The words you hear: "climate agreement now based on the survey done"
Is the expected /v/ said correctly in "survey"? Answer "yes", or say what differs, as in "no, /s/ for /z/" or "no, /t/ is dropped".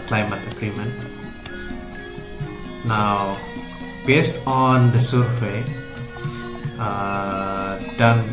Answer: no, /w/ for /v/